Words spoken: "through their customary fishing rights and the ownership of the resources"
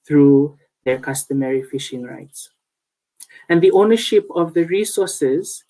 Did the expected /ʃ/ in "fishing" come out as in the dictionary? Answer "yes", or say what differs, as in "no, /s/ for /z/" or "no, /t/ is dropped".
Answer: yes